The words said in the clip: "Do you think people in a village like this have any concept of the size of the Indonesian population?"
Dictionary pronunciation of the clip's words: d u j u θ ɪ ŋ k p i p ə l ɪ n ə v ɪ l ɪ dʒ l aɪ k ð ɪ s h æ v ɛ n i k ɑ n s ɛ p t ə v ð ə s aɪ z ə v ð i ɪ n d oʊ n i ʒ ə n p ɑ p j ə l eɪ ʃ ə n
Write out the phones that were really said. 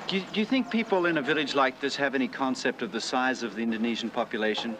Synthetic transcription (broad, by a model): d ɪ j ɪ θ ɪ ŋ k p i p l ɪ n ə v ɪ l ɪ dʒ l aɪ k ð ɪ s h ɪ v ɛ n i k ɑ n s ɛ p t ə v ð ə s aɪ z ə v ð i ɪ n d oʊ n i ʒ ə n p ɑ p j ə l eɪ ʃ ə n